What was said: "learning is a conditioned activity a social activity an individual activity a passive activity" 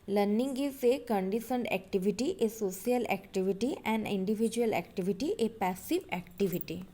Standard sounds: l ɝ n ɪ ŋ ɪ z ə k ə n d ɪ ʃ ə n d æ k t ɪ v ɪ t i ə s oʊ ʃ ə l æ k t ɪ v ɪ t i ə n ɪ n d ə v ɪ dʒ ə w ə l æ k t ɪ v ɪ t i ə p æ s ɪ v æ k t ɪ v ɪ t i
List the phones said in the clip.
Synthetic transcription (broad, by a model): l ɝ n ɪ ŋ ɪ s ə k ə n d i s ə n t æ k t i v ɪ t i ə s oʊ s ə l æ k t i v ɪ t i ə n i n d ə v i dʒ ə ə l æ k t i v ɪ t i ə p æ s ɪ v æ k t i v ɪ t i